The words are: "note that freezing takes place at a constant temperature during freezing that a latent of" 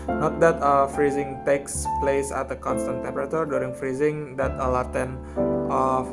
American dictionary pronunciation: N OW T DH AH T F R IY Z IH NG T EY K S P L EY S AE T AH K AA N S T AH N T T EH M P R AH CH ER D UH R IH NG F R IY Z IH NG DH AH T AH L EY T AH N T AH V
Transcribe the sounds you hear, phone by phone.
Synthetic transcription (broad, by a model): N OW T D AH T F R IY Z IH NG T EY K S P L EY S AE T AH K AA N S T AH N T T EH M P R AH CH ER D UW R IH NG F R IY Z IH NG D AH T AH L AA T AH N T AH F